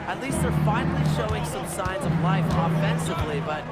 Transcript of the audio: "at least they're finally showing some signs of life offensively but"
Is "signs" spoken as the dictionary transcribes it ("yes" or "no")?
yes